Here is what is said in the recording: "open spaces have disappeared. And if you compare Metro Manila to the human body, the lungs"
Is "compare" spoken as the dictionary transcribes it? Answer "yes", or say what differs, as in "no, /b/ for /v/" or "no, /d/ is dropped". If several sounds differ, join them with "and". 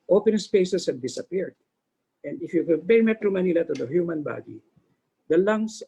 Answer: no, /m/ is dropped